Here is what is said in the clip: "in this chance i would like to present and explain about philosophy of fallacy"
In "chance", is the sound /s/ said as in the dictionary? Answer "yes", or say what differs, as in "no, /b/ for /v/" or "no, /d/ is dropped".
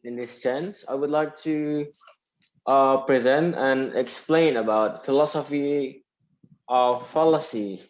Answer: yes